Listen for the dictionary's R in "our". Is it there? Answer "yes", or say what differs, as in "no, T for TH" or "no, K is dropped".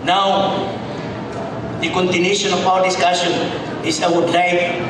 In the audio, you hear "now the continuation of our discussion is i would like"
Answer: no, W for R